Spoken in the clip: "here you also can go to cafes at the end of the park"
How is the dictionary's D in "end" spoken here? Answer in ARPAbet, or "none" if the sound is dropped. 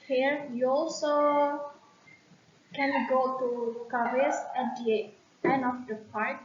none